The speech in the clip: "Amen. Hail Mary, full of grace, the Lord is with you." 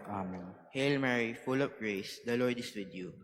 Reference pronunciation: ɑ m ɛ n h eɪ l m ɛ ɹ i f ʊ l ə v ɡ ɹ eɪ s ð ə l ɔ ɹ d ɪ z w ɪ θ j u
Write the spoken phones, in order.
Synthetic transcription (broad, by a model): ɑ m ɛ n h eɪ l m ɛ ɹ i f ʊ l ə p ɡ ɹ eɪ s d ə l ɔ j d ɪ s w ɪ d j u